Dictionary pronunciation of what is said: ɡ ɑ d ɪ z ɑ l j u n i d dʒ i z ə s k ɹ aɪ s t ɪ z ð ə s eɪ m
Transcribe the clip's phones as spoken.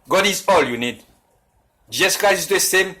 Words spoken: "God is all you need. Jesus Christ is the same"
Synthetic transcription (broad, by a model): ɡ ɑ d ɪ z ɑ l j u n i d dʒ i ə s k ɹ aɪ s ɪ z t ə s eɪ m